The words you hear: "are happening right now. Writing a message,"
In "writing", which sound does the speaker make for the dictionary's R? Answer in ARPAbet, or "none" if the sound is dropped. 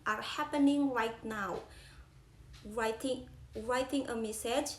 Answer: R